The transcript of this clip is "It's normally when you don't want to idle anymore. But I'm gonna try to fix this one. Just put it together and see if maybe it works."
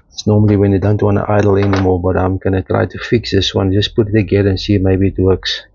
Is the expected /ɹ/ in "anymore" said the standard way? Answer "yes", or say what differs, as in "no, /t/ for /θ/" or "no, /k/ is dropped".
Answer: no, /l/ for /ɹ/